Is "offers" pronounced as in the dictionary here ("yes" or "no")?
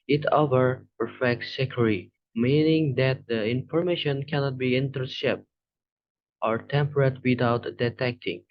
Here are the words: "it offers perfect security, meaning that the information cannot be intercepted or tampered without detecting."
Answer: no